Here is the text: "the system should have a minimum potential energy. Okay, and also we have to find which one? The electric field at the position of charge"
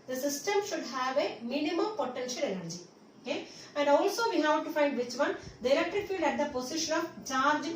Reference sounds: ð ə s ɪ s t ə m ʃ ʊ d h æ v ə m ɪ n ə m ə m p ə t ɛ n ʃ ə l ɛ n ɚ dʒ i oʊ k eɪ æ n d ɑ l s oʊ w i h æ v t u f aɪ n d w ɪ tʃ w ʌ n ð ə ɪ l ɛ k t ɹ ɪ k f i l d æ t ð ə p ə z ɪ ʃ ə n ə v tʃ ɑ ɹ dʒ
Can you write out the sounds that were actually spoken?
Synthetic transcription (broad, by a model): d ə s ɪ s t ə m ʃ ʊ d h æ v ə m ɪ n ə m ə m p ə t ɛ n ʃ ə l ɛ n ɚ dʒ i oʊ k eɪ æ n d ɑ l s oʊ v i h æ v t u f aɪ n d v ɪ tʃ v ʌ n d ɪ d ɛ k t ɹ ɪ f i l d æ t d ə p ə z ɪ ʃ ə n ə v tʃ ɑ ɹ dʒ